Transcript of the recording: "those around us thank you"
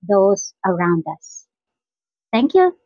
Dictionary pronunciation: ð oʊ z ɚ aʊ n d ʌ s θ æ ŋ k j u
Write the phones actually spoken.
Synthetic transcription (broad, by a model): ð oʊ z ɚ aʊ n d ʌ s t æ ŋ k j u